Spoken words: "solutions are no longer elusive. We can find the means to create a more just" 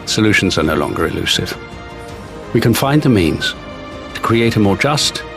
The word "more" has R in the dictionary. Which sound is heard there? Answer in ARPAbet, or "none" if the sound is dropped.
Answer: R